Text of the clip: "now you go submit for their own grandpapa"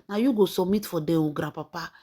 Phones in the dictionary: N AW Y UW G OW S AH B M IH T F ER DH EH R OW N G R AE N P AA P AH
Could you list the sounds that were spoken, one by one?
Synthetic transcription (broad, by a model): N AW Y UW G OW S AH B M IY T F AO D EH W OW G R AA P AA P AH